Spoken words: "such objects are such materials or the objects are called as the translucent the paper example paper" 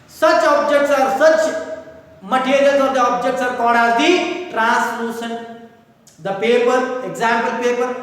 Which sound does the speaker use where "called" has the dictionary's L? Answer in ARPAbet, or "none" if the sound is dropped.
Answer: none